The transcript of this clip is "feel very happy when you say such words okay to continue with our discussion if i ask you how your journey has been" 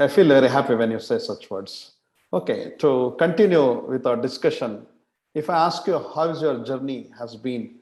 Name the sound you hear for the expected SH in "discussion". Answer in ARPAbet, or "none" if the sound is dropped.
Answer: SH